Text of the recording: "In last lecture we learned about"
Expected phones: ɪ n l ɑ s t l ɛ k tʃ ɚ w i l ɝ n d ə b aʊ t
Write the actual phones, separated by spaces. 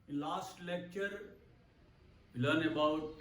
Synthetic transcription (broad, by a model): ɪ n l ɑ s t l ɛ k tʃ ɚ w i l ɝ n ə b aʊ t